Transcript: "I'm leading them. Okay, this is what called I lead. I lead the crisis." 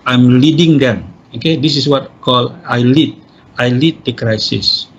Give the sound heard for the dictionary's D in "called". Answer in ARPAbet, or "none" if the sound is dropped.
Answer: none